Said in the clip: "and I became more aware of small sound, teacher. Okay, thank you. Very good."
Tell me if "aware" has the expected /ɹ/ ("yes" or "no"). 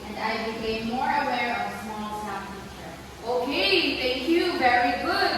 yes